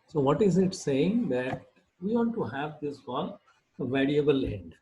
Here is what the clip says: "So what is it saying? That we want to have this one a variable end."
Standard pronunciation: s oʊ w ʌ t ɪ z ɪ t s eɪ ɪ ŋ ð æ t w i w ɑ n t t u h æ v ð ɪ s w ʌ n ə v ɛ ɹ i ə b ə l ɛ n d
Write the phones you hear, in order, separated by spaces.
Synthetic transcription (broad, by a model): s oʊ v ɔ t ɪ z ɪ t s eɪ ɪ ŋ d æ t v i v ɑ n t t u h æ v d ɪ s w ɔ l ə v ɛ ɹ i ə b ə l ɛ n d